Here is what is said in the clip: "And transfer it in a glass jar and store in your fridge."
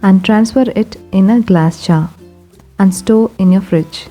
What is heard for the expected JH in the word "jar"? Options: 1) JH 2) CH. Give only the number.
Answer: 2